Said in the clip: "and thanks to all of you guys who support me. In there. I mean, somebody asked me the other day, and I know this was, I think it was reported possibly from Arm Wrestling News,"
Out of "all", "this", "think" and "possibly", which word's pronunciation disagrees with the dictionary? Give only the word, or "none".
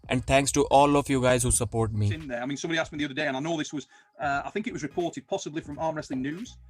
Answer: none